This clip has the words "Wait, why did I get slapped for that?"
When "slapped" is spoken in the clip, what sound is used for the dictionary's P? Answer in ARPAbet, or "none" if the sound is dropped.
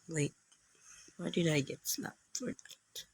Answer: none